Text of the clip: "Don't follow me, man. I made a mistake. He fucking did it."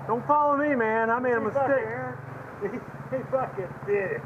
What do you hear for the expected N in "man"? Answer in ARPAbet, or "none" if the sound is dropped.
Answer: N